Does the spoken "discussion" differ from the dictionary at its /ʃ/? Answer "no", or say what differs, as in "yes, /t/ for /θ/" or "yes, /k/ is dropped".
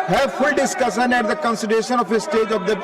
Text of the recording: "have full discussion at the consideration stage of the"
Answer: yes, /s/ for /ʃ/